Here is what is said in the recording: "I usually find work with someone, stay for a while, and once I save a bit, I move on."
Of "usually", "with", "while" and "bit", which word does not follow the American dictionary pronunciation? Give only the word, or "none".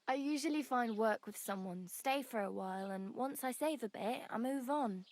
none